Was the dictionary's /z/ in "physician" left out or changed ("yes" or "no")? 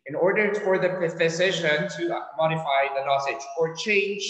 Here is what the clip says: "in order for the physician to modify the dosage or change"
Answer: yes